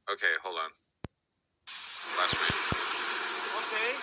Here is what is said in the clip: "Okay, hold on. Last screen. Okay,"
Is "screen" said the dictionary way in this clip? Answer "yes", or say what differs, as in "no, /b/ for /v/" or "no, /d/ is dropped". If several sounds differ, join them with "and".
no, /k/ is dropped